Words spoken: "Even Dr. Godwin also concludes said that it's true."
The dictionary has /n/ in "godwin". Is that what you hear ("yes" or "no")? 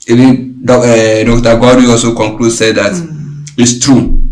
no